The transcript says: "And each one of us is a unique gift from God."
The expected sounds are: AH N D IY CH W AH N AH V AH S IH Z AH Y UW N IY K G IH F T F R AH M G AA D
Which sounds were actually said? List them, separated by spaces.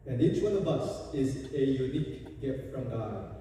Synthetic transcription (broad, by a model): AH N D IY CH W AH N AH B AH S IH Z AH Y UW N IY K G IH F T F R AH M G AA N